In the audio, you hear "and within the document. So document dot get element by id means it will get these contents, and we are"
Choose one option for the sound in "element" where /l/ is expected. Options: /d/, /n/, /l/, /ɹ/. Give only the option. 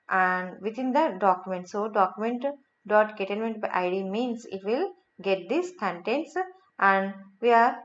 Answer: /n/